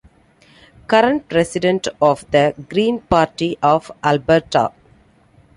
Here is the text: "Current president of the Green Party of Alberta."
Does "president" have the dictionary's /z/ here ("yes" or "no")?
no